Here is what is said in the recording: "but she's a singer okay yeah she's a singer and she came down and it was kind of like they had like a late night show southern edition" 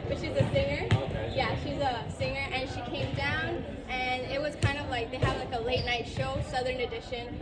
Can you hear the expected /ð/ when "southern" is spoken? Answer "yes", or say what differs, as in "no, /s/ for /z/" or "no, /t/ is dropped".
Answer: yes